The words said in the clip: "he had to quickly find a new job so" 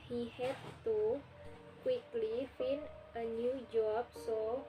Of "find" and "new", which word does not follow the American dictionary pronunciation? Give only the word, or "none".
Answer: find